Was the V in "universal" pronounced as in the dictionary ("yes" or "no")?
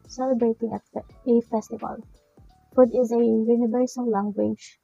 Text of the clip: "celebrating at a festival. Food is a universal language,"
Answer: no